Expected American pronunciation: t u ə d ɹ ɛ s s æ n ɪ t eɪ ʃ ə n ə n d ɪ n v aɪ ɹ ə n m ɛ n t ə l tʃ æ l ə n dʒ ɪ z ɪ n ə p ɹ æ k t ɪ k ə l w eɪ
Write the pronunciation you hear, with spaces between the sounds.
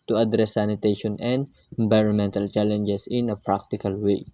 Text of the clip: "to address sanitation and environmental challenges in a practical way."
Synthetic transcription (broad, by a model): t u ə d ɹ ɛ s s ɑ n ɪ t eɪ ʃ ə n ə n d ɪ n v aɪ ɹ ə n m ɛ n t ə l tʃ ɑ l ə n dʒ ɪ s ɪ n ə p ɹ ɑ k t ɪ k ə l w eɪ